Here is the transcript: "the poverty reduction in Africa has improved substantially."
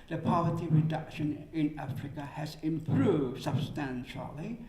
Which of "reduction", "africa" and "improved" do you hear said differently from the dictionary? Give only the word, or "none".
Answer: none